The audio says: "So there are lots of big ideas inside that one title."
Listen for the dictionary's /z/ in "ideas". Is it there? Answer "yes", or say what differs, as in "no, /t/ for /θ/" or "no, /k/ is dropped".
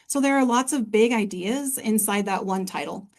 yes